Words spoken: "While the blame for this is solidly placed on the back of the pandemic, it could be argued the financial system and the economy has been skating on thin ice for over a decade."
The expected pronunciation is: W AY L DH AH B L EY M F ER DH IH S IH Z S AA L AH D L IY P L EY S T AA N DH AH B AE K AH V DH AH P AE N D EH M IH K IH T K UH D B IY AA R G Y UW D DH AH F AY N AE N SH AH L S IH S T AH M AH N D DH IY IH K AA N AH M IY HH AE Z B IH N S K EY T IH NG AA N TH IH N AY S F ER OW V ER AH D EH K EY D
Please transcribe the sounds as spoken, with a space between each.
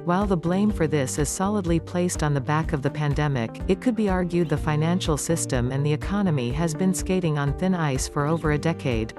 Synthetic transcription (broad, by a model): W AY L DH AH B L EY M F ER DH IH S IH Z S AA L AH D L IY P L EY S T N DH AH B AE K AH V DH AH P AE N D EH M IH K IH T K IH D B IY AA R G Y UW D DH AH F AY N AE N SH L S IH S T AH M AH N DH IY IH K AA N AH M IY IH Z B IH N S K EY T IH NG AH N TH IH N AY S F ER OW V ER AH D EH K EY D